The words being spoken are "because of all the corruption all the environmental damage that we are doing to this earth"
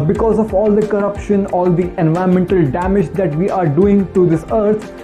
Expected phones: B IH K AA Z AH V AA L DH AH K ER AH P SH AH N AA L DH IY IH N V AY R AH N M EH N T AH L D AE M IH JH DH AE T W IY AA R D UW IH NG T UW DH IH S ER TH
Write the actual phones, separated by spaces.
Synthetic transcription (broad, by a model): B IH K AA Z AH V AA L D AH K ER AH P SH AH N AA L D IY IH N V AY AH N M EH N T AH L D AE M IH JH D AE T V IY AA R D UW IH NG T UW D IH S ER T